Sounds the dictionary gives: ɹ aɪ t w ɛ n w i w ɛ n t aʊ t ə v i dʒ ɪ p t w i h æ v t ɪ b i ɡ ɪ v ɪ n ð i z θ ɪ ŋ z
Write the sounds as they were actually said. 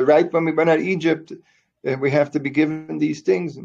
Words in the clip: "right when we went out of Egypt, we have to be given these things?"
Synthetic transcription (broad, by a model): ɹ aɪ t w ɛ n w i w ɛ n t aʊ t i dʒ ɪ p t w i h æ f t ɪ b i ɡ ɪ v ɪ n ð i z θ ɪ ŋ z